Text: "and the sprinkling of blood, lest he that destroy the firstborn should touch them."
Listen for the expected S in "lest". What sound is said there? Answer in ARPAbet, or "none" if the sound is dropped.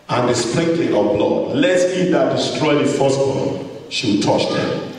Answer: none